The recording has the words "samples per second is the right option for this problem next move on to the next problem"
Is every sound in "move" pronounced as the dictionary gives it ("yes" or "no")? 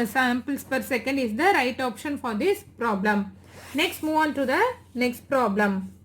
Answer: yes